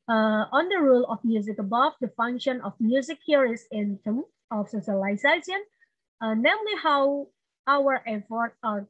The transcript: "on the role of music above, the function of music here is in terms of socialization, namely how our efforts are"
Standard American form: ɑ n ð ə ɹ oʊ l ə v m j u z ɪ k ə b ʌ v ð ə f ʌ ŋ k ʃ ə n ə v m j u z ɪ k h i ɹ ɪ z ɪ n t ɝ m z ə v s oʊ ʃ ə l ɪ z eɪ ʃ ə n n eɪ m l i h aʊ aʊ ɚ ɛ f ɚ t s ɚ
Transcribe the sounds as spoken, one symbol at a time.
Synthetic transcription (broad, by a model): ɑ n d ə ɹ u l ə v m j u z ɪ k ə b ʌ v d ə f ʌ ŋ k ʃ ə n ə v m j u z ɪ k h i ɹ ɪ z ɪ n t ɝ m ə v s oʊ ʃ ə l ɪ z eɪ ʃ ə n n eɪ m l i h aʊ aʊ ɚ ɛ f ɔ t ɚ